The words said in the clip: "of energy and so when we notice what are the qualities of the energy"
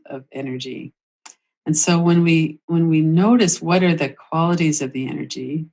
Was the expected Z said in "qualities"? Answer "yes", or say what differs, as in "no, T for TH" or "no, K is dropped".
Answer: yes